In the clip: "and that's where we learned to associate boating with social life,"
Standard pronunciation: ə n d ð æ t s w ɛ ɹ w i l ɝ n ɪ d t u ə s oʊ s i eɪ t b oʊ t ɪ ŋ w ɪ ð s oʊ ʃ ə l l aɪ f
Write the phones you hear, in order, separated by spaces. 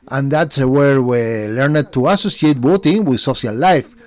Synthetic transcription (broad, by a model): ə n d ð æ t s w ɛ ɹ w i l ɝ n ɪ d t u ə s oʊ s i eɪ t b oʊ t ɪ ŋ w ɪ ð s oʊ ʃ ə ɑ l aɪ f